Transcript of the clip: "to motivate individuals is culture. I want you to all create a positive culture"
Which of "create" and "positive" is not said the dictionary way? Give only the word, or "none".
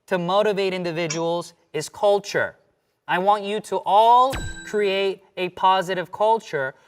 none